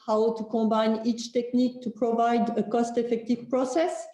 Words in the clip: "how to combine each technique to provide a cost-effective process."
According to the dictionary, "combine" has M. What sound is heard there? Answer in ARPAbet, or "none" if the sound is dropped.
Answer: none